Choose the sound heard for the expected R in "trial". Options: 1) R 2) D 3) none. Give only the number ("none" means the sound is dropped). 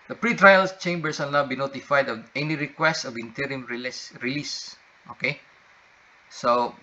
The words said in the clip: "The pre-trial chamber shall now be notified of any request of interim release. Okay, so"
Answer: 1